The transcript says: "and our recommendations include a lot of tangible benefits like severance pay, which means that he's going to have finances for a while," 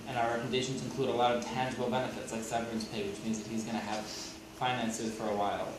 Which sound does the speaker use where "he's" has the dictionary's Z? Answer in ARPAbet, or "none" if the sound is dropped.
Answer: Z